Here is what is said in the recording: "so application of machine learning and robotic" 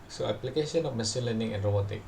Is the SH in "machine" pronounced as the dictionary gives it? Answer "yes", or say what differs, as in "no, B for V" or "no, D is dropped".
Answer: no, S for SH